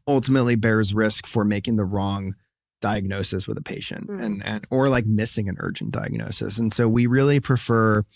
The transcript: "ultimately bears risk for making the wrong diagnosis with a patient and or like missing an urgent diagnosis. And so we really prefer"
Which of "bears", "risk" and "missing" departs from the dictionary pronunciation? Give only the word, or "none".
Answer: none